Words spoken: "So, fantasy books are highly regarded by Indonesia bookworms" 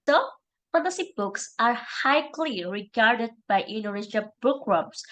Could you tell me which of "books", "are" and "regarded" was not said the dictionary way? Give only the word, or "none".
none